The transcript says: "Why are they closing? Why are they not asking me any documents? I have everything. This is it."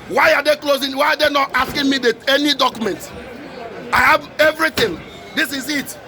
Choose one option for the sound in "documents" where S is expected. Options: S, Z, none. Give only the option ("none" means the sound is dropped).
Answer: none